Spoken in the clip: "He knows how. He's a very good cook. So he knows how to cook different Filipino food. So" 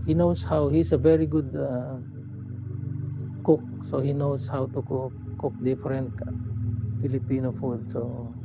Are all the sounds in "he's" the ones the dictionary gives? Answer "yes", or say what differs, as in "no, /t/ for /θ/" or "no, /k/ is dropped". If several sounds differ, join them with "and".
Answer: no, /s/ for /z/